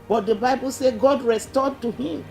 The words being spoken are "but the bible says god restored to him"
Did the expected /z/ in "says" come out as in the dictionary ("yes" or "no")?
no